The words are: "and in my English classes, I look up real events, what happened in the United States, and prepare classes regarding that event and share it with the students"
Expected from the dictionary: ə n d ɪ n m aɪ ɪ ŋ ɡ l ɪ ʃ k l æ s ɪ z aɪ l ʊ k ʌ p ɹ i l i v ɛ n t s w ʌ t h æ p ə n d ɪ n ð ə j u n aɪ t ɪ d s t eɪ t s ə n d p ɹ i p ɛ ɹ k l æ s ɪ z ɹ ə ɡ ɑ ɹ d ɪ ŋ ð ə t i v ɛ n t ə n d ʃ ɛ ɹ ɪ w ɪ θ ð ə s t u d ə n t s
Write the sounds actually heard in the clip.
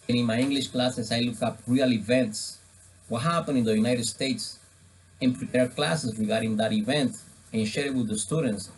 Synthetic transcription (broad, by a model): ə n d ɪ n m aɪ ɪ ŋ ɡ l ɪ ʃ k l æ s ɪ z aɪ l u k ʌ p ɹ i l i v ɛ n t s w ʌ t h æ p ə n ɪ n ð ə j u n aɪ t ɪ d s t eɪ t s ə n p ɹ i p ɛ ɹ k l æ s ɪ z ɹ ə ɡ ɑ ɹ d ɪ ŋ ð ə t i v ɛ n t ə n ʃ ɛ ɹ w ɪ ð ə s t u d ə n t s